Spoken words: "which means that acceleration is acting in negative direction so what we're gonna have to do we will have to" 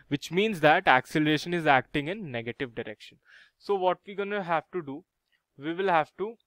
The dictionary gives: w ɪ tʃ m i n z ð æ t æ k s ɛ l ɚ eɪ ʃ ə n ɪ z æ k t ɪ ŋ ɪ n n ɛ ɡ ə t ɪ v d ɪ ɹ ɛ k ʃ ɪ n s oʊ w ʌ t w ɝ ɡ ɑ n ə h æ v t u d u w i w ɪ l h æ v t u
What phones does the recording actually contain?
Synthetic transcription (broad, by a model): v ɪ tʃ m i n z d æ t æ k s ɛ l ɚ eɪ ʃ ə n ɪ z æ k t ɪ ŋ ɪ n n ɛ ɡ ə t ɪ v d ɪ ɹ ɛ k ʃ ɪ n s oʊ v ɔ t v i ɡ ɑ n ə h æ v t u d u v i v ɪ l h æ v t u